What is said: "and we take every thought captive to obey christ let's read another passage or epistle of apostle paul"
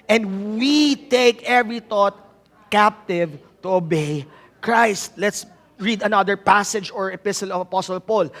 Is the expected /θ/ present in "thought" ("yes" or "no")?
no